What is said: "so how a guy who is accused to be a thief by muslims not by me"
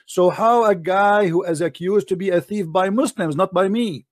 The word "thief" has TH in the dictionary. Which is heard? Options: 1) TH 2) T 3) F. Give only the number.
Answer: 1